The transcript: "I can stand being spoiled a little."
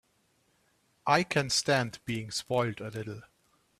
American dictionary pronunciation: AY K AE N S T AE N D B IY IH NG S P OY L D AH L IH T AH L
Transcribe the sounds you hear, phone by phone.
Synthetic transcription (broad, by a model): AY K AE N S T AE N D B IY IH NG S P OY L D AH L IH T L